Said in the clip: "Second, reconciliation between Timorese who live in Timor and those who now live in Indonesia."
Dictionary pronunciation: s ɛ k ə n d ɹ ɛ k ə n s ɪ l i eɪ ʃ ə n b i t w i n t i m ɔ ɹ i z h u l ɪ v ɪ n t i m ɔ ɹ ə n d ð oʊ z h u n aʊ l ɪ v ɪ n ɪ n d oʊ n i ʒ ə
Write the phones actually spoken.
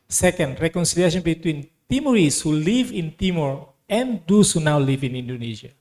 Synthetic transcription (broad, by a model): s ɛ k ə n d ɹ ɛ k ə n s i l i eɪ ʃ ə n b i t w i n t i m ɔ ɹ i s h u l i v ɪ n t i m ɔ ɹ ə n d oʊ s h u n aʊ l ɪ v ɪ n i n d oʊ n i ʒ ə